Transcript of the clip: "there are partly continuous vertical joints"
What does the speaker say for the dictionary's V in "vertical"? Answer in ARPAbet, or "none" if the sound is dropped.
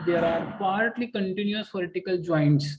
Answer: P